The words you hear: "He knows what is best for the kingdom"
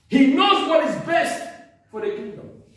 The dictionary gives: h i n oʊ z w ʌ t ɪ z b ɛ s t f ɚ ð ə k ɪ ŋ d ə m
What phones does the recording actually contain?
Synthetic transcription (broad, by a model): h i n oʊ z w ʌ t ɪ z b ɛ s t f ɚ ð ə k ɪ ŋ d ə m